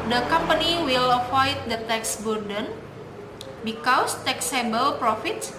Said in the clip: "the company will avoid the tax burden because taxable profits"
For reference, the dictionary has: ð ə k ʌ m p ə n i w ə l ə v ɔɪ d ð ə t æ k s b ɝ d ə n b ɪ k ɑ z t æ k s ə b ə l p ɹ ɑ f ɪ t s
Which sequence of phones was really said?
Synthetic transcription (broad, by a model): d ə k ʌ m p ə n i w ə l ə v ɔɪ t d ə t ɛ k s b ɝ d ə n b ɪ k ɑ s t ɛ k s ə b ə l p ɹ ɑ f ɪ t s